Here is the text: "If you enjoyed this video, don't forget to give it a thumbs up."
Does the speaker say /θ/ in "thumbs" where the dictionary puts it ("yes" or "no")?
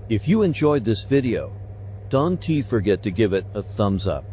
yes